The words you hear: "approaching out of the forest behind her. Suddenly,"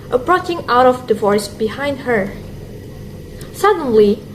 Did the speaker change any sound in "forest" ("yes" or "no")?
yes